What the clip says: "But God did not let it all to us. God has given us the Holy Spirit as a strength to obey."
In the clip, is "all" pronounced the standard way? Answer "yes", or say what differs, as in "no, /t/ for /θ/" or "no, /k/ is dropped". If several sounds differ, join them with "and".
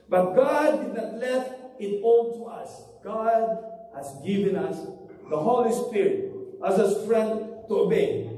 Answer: no, /n/ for /l/